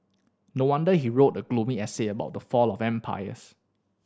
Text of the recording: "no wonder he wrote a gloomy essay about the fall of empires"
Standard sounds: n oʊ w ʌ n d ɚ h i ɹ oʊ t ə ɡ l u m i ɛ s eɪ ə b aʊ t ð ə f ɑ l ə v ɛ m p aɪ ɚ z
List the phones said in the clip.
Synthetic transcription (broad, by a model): n oʊ w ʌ n d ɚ h i ɹ oʊ t ə ɡ l u m i ɛ s eɪ ə b aʊ t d ə f ɑ l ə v ɛ m p aɪ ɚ s